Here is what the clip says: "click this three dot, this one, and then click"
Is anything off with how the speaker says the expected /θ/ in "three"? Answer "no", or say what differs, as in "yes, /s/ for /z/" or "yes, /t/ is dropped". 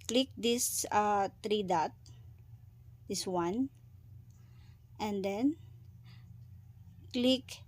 yes, /t/ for /θ/